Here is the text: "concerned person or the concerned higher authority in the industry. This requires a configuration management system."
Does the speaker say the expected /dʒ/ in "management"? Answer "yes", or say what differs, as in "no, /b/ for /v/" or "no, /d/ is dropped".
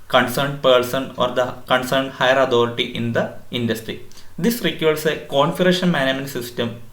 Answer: no, /dʒ/ is dropped